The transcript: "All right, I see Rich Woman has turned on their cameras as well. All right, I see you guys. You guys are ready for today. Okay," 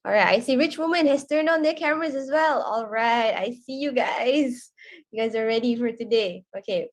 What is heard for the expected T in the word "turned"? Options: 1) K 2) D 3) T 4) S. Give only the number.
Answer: 3